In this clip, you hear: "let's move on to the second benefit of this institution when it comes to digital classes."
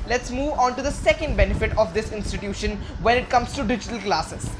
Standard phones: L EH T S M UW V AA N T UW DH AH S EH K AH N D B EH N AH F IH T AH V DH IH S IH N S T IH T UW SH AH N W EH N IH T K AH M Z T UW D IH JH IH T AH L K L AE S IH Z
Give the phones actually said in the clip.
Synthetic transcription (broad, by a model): L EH T S M UW V AA N T UW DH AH S EH K AH N D B EH N AH F IH T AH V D IH S IH N S T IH T UW SH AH N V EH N IH T K AH M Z T UW D IH JH IH T AH L K L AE S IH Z